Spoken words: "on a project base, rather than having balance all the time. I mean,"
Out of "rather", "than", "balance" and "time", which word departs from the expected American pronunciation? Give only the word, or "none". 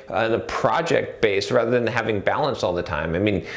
none